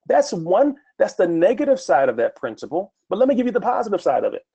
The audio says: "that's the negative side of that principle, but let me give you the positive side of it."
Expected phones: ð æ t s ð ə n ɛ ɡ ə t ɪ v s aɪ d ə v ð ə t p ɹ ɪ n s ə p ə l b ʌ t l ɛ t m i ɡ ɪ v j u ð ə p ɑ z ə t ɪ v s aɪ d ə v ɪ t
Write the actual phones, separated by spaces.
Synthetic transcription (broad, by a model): ð æ t s ð ə n ɛ ɡ ə t ɪ v s aɪ d ə v ð ə t p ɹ ɪ n s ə p l b ʌ t l ɛ t m i ɡ ɪ v j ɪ ð ə p ɑ z ə t ɪ v s aɪ d ə v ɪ t